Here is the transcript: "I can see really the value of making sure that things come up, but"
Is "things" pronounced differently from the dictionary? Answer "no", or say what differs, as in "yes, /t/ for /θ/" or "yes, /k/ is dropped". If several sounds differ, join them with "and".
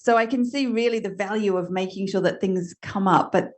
no